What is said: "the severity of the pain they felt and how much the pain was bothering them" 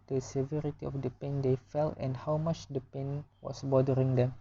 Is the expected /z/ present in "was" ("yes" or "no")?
no